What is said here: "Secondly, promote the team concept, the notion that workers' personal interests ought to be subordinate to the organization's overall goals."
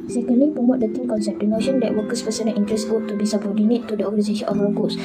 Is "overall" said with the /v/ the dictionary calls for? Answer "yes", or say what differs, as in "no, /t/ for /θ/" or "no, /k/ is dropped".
no, /f/ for /v/